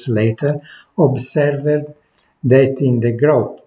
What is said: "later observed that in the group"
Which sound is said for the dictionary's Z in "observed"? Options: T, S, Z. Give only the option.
S